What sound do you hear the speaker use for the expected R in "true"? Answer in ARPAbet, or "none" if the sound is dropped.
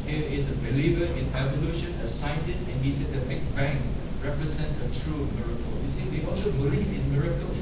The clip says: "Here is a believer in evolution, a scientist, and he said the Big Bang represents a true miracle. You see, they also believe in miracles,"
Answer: R